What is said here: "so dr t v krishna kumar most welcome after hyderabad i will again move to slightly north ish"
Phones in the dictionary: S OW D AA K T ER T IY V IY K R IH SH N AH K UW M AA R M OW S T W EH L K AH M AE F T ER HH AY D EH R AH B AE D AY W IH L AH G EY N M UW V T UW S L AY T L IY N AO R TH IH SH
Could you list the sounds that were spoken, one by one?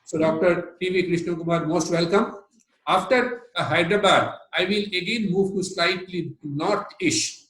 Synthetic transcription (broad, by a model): S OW D AA K T ER T IY V IY K R IH SH N AH K UW M AA R M OW S T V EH L K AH M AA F T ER HH AY D R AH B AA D AY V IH L AH G EY N M UW V T UW S L AY T L IY N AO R T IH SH